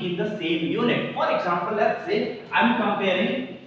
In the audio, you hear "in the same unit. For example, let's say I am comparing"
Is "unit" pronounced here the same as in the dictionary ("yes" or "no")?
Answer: no